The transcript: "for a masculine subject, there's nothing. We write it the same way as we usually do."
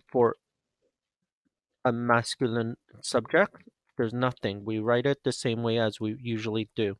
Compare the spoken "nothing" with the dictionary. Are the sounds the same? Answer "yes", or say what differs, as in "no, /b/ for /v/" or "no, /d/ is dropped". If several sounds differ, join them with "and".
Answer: yes